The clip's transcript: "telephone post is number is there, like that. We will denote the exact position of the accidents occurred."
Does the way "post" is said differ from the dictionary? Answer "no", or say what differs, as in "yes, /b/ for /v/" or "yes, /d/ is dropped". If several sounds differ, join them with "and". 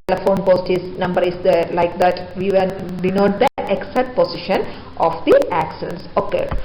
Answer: no